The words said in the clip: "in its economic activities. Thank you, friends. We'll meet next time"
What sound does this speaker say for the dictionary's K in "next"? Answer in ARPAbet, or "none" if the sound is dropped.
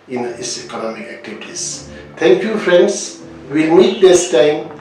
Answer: none